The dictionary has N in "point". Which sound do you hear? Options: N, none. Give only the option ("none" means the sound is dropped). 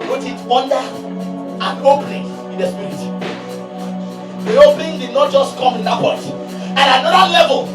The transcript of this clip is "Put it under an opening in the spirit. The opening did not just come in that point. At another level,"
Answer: none